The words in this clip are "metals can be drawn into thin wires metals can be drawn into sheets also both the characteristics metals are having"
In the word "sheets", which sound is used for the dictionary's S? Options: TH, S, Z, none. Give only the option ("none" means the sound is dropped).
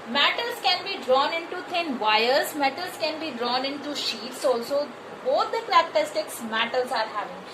S